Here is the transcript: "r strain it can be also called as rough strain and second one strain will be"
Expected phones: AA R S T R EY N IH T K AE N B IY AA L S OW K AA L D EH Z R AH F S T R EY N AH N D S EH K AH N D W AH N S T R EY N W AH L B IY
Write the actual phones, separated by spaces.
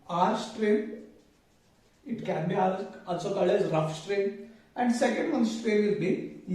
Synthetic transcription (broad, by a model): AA R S T R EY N IH T K AE N B IY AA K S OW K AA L EH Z R AH F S T R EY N AH N D S EH K AH N D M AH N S T R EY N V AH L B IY